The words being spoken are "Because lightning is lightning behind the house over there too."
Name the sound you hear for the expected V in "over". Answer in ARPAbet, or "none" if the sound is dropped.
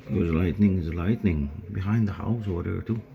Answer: W